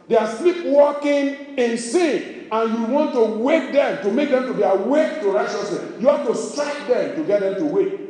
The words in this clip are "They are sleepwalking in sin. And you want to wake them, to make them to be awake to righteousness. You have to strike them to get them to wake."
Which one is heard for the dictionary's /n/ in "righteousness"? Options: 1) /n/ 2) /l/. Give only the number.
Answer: 2